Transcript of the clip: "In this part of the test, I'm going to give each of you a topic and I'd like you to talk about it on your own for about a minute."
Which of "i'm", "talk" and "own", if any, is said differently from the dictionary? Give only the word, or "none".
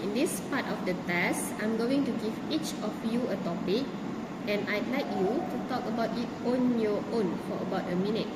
none